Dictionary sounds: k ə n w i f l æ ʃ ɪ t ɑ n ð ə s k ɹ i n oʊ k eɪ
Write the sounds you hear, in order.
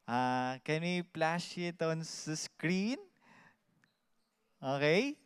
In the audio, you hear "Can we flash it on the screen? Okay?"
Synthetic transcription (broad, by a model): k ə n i p l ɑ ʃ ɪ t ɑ n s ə s k ɹ i n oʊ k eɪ